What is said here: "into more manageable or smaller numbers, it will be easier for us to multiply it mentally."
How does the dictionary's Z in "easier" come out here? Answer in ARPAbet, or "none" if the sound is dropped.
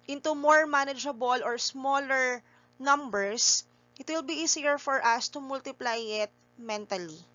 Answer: S